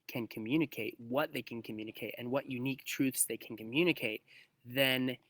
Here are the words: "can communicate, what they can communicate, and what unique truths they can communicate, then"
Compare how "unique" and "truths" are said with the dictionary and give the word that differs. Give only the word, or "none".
none